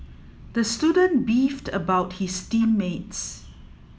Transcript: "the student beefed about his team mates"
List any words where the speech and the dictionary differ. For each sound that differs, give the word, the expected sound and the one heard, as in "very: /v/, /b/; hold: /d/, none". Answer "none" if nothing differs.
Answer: his: /z/, /s/